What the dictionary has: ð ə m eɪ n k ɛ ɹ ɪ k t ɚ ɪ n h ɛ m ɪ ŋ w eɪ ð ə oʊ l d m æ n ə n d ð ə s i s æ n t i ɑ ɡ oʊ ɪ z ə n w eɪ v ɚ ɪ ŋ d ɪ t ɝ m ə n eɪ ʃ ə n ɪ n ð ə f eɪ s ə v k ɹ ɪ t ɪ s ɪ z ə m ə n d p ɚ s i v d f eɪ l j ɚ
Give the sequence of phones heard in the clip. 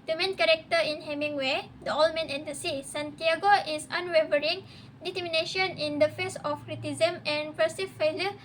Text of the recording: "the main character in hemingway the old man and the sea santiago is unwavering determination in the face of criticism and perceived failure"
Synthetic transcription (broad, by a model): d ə m eɪ n k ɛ ɹ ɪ k t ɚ ɪ n h ɛ m ɪ ŋ w eɪ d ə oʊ l m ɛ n ə n d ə s i s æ n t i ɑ ɡ oʊ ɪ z ə n w eɪ v ɚ ɪ ŋ d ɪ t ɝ m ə n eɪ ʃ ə n ɪ n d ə f eɪ s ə f k ɹ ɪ t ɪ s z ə m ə n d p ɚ s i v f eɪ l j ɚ